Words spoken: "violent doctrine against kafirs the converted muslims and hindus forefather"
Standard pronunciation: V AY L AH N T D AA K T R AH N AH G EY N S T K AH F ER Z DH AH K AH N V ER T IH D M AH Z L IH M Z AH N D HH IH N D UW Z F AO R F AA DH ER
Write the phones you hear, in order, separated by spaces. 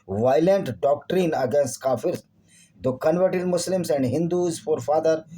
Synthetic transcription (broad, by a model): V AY L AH N T D AA K T R AH N AH G EY N S T K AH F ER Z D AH K AH N V ER T IH D M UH S L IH M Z AH N D HH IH N D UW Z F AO R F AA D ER